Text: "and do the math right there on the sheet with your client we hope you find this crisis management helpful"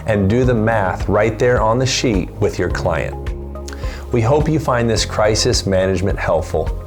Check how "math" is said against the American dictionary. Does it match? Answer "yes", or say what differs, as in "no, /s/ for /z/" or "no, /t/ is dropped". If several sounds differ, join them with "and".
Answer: yes